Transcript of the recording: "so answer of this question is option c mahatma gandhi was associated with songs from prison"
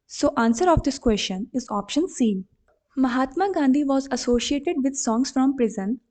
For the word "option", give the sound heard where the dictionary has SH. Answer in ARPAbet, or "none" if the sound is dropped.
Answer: SH